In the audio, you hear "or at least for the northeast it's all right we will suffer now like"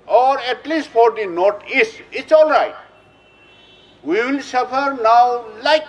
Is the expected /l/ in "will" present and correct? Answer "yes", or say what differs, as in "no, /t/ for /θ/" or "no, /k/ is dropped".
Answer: yes